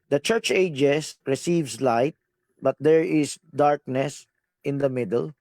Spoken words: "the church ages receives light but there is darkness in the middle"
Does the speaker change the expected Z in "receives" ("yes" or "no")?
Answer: yes